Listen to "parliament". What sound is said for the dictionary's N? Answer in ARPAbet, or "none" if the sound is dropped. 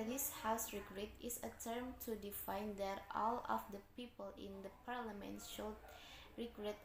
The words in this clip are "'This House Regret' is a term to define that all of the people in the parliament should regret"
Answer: N